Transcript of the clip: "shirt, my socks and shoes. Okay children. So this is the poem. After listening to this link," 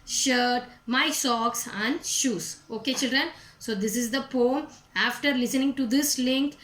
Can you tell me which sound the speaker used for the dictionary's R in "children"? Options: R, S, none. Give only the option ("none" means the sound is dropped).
R